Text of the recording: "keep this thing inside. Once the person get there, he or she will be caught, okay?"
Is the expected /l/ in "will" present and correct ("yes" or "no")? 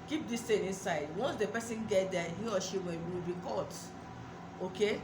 no